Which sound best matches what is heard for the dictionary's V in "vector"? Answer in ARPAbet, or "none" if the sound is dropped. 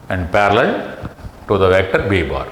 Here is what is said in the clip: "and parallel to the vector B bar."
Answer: V